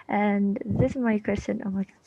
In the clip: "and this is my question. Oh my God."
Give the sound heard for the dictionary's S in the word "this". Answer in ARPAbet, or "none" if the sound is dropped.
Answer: S